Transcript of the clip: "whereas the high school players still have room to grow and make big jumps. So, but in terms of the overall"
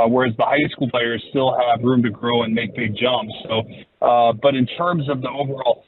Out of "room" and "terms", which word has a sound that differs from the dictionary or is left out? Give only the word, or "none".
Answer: none